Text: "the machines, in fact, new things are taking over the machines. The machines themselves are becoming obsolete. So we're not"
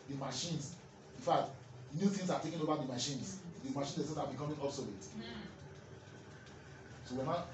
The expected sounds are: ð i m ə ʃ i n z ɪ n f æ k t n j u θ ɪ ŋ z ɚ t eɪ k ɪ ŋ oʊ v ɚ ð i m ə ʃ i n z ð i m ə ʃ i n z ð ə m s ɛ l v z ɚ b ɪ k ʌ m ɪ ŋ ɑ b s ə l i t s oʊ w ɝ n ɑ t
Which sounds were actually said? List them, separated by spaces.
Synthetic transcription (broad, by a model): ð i m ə ʃ i n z ɪ n f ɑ k t n j u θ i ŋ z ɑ t eɪ k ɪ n oʊ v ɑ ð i m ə ʃ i n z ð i m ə ʃ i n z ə s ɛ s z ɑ b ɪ k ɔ m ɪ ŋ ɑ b s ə l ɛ t s oʊ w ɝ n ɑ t